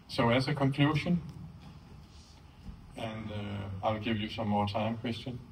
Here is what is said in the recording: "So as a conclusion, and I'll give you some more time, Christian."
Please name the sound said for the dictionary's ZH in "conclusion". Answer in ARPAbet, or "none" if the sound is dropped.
SH